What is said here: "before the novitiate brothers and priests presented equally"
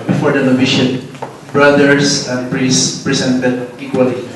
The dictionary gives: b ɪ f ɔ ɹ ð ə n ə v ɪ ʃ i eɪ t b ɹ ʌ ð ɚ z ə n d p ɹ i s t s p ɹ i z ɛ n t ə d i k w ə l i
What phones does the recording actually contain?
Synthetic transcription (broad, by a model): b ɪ f ɔ ɹ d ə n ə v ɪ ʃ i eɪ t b ɹ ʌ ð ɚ s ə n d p ɹ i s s p ɹ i s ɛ n t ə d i k w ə l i